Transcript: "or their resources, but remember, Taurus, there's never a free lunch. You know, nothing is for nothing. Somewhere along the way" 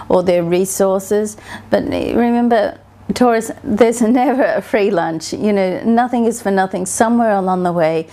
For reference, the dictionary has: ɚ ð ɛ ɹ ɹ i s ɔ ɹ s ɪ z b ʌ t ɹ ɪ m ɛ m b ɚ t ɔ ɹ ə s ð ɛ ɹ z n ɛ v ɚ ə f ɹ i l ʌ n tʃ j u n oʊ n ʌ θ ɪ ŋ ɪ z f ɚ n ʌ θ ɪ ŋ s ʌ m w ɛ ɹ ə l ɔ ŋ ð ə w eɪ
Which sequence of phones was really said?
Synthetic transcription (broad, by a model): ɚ ð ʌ ɹ ɹ i s ɔ ɹ s ɪ z b ʌ t ɹ ɪ m ɛ m b ɚ t ɔ ɹ ə s ð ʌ ɹ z n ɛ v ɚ ə f ɹ i l ʌ n tʃ j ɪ n oʊ n ʌ θ ɪ ŋ ɪ z f ɚ n ʌ θ ɪ ŋ s ʌ m w ɛ ɹ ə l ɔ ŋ ð ə w eɪ